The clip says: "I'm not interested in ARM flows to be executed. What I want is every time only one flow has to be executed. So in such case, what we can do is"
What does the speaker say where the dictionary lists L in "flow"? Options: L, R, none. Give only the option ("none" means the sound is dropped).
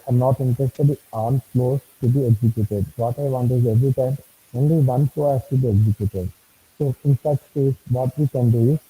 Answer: none